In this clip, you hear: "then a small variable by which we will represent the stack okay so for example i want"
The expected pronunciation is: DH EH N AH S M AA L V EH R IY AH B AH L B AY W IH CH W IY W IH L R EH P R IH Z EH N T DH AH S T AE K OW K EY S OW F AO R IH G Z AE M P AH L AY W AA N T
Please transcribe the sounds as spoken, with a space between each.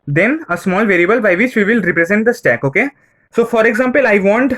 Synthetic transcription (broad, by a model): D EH N AH S M AA L V EH R IY AH B AH L B AY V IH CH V IY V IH L R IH P R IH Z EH N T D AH S T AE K OW K EY S OW F AO R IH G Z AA M P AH L AY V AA N T